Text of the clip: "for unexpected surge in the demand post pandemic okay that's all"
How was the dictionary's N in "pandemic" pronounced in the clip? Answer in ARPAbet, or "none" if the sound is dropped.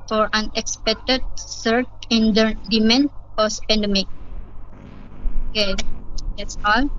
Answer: N